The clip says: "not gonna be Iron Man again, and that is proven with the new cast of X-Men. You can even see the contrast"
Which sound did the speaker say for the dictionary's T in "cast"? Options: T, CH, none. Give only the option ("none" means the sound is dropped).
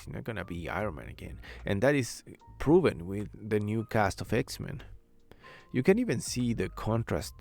T